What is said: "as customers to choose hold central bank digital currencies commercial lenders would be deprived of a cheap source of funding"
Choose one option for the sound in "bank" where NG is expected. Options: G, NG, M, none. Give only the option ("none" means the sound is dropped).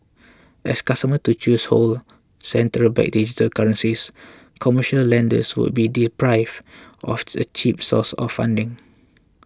none